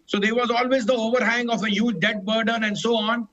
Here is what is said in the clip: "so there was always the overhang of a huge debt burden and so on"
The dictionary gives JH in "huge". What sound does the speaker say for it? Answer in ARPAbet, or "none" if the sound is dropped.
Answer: JH